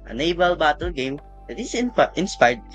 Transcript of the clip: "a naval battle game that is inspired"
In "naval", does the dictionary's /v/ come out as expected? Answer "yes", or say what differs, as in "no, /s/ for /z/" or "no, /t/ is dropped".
no, /b/ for /v/